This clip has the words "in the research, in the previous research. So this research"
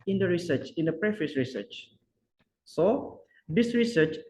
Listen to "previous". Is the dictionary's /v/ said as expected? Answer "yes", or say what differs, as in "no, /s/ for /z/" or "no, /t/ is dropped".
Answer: no, /f/ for /v/